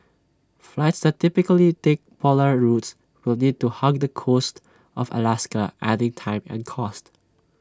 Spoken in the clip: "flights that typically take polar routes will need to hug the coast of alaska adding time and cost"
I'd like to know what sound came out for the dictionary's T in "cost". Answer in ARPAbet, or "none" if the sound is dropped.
T